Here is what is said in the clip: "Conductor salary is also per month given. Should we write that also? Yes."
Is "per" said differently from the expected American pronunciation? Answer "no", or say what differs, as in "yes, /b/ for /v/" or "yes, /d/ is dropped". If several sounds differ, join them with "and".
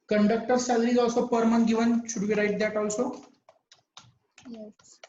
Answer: no